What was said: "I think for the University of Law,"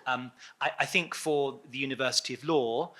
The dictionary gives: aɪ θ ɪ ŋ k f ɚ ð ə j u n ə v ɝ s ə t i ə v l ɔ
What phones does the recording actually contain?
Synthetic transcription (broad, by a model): aɪ θ ɪ ŋ k f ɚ ð ə j u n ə v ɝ s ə t i ə v l ɔ